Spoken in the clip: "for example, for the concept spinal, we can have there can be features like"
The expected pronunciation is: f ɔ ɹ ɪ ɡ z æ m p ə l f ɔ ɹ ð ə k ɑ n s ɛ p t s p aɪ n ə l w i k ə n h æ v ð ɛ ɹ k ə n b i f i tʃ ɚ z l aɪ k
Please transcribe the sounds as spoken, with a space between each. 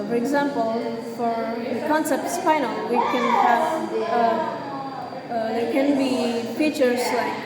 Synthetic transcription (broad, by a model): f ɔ ɹ ɪ ɡ z æ m p ə l f ɔ ɹ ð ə k ɑ n s ɛ p t s f aɪ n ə l w i k ə n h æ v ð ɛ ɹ k ə n b i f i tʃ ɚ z l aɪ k